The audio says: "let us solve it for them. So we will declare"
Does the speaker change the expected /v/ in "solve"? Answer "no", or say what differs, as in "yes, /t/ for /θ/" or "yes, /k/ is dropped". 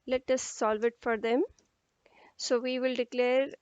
no